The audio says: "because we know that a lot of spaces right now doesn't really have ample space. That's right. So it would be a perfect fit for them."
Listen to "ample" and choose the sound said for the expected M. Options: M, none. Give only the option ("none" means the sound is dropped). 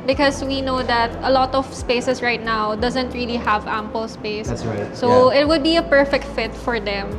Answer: M